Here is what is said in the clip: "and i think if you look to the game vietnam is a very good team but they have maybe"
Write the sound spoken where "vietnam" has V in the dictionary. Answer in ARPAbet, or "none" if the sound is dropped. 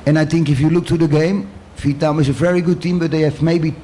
F